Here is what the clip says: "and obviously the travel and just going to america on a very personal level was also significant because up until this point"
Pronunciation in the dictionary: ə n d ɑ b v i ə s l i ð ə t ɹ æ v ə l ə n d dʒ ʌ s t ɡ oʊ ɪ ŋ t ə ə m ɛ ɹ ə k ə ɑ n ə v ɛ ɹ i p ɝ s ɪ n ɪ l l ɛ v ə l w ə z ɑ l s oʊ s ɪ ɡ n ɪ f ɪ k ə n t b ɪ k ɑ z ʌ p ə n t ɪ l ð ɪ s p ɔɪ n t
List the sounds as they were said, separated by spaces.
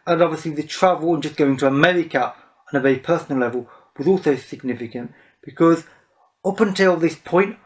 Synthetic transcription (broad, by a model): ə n ɑ b v i ə s l i ð ə t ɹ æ v ə l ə n dʒ ʌ s ɡ oʊ ɪ ŋ t ə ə m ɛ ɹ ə k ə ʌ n ə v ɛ i p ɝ s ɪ n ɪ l l ɛ v ə l w ə z ɑ l s oʊ s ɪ ɡ n ɪ f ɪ k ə n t b ɪ k ɑ z ʌ p ə n t ɪ l ð ɪ s p ɔɪ n t